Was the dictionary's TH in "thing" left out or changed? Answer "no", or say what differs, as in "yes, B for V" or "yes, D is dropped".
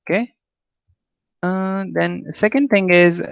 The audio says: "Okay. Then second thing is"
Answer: yes, T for TH